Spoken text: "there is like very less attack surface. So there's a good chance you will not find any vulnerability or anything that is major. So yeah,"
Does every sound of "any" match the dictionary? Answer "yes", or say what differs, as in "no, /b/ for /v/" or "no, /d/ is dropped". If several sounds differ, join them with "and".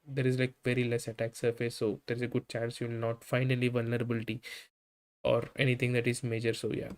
no, /l/ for /n/